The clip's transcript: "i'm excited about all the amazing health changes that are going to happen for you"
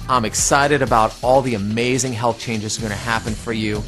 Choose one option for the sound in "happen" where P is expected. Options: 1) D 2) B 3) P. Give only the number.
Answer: 3